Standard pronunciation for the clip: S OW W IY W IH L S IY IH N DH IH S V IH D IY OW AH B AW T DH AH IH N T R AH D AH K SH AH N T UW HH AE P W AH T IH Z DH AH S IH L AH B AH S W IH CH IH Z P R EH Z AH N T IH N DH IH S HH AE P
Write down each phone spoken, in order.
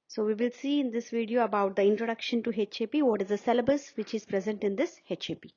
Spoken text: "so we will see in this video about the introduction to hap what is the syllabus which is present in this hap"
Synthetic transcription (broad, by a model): S OW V IY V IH L S IY IH N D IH S V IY D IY OW AH B AW T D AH IH N T R AH D AH K SH AH N T UW HH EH P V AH T IH Z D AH S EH L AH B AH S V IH CH IH Z P R EH Z AH N T IH N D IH S HH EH P